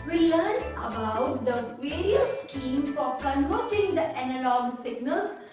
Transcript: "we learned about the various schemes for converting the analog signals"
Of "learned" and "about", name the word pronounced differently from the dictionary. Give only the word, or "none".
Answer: learned